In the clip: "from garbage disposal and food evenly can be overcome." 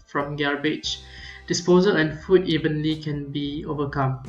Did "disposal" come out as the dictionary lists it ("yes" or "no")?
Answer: yes